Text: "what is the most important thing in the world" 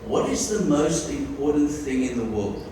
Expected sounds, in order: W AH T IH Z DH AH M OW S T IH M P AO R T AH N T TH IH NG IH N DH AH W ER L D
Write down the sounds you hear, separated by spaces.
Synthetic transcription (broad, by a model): W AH T IH Z DH AH M OW S T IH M P AO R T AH N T TH IH NG IH N DH AH W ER L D